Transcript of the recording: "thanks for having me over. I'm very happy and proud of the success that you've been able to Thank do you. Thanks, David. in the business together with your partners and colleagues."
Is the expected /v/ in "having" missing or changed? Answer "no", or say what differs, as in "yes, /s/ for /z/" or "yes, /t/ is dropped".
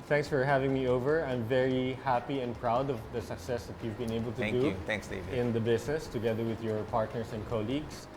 no